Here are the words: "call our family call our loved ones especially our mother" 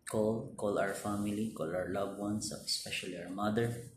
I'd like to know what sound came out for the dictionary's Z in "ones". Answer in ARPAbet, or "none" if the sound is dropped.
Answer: S